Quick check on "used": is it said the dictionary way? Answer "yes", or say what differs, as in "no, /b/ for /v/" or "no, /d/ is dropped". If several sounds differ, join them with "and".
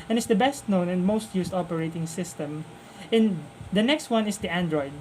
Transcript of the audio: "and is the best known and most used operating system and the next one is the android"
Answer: no, /s/ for /z/